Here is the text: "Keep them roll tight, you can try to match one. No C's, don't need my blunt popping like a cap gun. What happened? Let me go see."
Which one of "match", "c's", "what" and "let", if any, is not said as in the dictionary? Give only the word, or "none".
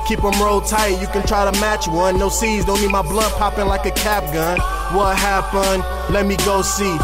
none